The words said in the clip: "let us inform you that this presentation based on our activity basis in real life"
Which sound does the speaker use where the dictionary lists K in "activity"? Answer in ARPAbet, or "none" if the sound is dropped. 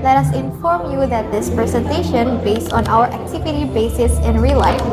K